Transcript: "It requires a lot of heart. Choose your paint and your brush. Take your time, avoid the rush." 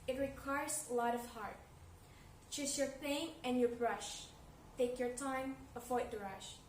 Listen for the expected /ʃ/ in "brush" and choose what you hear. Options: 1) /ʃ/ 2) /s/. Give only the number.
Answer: 1